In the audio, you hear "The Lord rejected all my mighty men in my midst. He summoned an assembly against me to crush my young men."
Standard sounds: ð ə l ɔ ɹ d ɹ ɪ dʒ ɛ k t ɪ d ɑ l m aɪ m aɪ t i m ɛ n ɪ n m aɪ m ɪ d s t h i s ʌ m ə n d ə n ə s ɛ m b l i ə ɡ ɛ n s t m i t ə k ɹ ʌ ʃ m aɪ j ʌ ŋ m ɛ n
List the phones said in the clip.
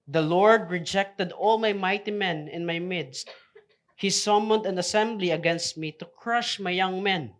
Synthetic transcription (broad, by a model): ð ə l ɔ ɹ d ɹ ɪ dʒ ɛ k t ɪ d ɑ l m aɪ m aɪ t i m ɛ n ɪ n m aɪ m ɪ d s t h i s ʌ m ə n d ə n ə s ɛ m b l i ə ɡ ɛ n s t m i t ə k ɹ ʌ ʃ m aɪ j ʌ ŋ m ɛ n